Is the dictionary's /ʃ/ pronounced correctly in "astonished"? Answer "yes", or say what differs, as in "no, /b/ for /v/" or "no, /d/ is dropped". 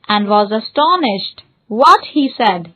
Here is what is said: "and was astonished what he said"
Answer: yes